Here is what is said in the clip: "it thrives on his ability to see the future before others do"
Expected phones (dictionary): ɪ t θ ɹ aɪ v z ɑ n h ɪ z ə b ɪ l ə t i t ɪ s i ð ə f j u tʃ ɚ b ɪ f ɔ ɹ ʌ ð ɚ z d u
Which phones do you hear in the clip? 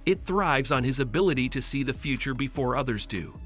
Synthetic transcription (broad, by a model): ɪ t θ ɹ aɪ v z n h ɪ z ə b ɪ l ə t i t ɪ s i ð ə f j u tʃ ɚ b ɪ f ɔ ɹ ʌ ð ɚ z d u